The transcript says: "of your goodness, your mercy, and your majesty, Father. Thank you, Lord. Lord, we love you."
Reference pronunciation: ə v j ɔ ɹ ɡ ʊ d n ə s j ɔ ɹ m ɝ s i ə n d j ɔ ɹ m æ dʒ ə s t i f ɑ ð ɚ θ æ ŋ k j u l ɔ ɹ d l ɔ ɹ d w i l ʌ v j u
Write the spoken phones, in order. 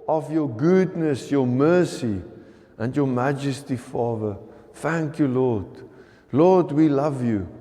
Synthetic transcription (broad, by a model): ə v j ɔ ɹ ɡ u d n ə s j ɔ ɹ m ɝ s i ə n d j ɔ m æ dʒ ə s t i f ɑ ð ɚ θ æ ŋ k j u l ɔ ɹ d l ɔ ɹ d w i l ʌ v j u